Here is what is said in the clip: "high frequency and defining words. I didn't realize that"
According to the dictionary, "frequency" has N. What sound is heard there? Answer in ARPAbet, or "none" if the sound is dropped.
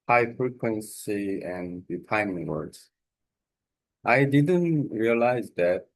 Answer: N